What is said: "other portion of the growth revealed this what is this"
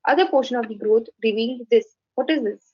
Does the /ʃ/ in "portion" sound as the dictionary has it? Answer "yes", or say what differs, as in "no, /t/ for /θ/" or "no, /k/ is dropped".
yes